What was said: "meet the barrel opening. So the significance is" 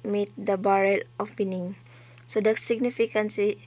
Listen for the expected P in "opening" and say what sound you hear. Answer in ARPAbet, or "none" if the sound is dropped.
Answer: B